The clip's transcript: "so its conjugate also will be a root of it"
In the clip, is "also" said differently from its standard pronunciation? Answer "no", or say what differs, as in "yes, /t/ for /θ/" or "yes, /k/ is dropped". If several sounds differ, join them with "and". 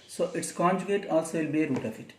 no